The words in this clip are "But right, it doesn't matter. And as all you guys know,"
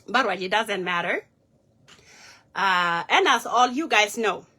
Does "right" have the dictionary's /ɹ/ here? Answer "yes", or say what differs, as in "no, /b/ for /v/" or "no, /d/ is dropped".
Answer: no, /w/ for /ɹ/